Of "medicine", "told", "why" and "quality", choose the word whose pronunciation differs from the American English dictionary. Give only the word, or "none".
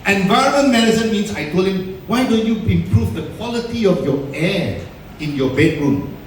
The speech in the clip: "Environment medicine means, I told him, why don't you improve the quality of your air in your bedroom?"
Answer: told